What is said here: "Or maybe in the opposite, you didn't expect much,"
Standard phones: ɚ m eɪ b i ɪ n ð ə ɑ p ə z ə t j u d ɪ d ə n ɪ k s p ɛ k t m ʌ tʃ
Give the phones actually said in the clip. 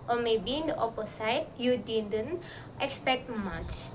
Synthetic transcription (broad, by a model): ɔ m eɪ b i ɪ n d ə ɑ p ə s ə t j u d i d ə n ɪ k s p ɛ k t m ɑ tʃ